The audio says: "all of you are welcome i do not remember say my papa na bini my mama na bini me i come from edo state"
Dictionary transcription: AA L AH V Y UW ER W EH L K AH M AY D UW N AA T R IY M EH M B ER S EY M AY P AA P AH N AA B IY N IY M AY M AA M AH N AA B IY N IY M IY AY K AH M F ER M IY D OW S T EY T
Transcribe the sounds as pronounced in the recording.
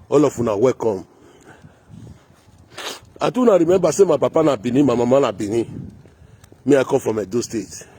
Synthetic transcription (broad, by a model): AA L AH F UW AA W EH K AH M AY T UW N AA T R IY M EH B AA S EY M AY P AA P AH N AA B IY N IY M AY M AA M AH N AA B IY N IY M IY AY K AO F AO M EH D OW S T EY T